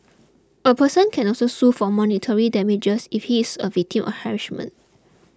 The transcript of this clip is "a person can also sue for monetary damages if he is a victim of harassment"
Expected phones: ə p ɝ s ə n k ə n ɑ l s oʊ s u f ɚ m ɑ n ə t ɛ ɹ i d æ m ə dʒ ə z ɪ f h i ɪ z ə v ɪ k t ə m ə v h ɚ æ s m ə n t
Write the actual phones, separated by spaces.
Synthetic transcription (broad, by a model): ə p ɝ s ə n k ə n ɑ l s oʊ s u f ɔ m ɑ n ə t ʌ ɹ i d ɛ m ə dʒ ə s ɪ f h i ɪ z ə v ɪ k t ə m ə f h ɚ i ʃ m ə n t